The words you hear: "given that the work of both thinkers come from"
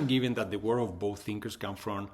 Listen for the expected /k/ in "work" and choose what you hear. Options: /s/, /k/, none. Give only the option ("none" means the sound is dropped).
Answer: none